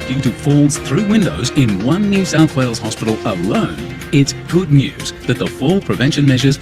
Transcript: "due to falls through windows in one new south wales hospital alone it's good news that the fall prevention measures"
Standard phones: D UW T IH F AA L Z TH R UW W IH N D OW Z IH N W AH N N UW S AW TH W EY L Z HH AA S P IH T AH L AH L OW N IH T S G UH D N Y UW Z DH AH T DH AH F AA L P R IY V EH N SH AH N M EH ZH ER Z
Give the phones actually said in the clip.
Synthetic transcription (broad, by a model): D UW T IH F AA L Z TH R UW W IH N D OW Z IH N W AH N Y UW S AW TH W EY L Z HH AA S P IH T L AH L OW N IH T S G UH D N Y UW Z DH AH T DH AH F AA L P R IY V EH N SH AH N M EH ZH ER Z